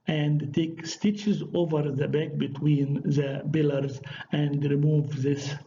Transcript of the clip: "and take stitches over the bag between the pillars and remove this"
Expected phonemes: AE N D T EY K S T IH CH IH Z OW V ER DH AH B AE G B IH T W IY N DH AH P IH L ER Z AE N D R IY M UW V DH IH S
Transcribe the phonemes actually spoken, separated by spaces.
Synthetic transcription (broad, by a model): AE N D T EY K S T IH CH IH Z OW V ER DH AH B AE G B IH T W IY N DH AH B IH L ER Z AE N D R IY M UW V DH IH S